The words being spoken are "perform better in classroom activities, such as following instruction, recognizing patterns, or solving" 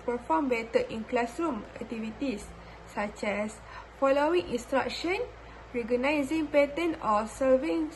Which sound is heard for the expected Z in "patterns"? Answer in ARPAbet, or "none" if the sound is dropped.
none